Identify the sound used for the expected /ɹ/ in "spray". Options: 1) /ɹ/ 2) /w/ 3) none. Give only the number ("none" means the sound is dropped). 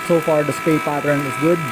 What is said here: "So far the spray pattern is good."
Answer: 3